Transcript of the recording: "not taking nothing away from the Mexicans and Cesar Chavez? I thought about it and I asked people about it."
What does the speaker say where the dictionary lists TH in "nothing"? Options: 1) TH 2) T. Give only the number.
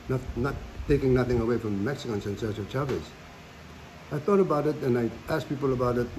1